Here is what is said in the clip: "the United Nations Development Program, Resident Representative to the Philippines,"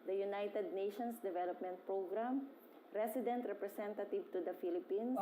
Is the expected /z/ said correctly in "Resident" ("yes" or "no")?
no